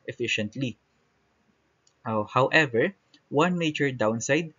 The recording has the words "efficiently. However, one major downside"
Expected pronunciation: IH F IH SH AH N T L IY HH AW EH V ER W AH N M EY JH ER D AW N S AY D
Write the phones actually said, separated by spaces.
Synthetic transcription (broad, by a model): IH F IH SH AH N T L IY HH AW EH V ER W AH N M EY CH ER D AW N S AY D